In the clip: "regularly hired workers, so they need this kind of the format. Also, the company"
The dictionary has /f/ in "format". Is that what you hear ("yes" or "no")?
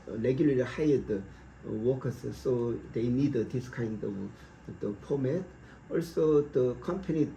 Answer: no